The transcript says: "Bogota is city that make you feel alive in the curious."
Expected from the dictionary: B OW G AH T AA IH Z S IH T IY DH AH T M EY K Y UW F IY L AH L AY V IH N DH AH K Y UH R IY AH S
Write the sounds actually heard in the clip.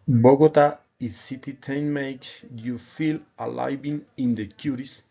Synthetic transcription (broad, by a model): B OW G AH T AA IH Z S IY T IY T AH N M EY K Y UW F IY L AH L AY B IH N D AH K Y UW R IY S